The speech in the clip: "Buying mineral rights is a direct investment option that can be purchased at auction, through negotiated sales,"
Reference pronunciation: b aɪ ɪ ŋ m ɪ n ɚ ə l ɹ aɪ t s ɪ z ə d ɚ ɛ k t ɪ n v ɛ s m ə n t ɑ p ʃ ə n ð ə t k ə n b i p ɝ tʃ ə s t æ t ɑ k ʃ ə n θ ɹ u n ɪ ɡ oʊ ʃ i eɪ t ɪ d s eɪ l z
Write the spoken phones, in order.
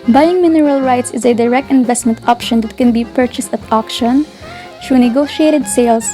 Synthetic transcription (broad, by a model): b aɪ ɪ ŋ m ɪ n ɚ ə l ɹ aɪ t s ɪ z ə d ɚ ɛ k t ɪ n v ɛ s m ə n t ɑ p ʃ ə n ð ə t k ə n b i p ɝ tʃ ə s t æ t ɑ k ʃ ə n t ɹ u n ɪ ɡ oʊ ʃ i eɪ t ɪ d s eɪ l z